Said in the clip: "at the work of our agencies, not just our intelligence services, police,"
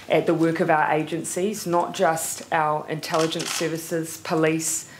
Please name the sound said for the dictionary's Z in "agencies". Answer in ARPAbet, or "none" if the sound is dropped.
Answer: Z